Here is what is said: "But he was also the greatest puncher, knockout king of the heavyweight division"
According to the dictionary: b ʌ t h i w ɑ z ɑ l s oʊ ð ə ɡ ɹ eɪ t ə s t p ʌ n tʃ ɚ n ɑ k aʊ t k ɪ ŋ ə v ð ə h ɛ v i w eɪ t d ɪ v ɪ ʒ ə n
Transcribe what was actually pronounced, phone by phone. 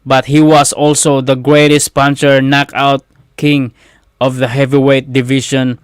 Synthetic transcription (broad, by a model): b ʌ t h i w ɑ s ɑ l s oʊ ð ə ɡ ɹ eɪ t ə s t p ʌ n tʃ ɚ n ɑ k aʊ t k ɪ ŋ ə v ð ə h ɛ v i w eɪ t d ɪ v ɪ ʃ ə n